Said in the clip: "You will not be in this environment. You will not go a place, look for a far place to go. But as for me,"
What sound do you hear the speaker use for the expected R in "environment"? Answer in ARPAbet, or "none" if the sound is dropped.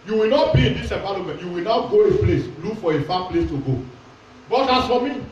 L